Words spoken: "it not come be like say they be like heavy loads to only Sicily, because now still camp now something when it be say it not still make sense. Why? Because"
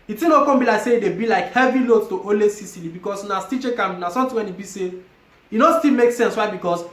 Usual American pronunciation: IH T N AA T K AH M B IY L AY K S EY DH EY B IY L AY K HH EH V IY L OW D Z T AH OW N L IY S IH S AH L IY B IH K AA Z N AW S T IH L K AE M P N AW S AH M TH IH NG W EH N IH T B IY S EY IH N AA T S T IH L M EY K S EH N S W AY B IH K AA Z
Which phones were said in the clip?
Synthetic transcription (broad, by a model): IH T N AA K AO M B IY L AY K S EY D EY B IY L AY K HH EH V IY L OW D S T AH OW L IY S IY S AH L IY B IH K AA S N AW S T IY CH K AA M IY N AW S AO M T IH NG W EH N IH T B IY S EY IH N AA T S T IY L M EY K S EH N S W AY B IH K AA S